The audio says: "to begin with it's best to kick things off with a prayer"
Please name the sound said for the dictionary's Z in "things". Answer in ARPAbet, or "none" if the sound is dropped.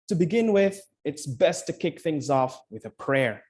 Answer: Z